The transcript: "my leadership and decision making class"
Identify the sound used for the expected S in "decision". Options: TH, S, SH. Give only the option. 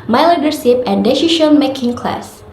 SH